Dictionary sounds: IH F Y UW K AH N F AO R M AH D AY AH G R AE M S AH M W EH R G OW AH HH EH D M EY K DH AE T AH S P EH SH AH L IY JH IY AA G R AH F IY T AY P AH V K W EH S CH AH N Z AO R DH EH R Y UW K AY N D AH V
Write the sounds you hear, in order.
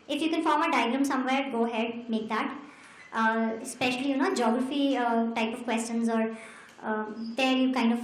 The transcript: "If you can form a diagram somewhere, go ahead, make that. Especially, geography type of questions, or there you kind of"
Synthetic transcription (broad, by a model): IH F Y UW K AH N F AO R M AH D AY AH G L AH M S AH M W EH R G OW AH HH EH D M EY K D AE T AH S P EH SH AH L IY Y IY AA G R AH F IY T AY P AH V K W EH S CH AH N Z AO R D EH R Y UW K AY N D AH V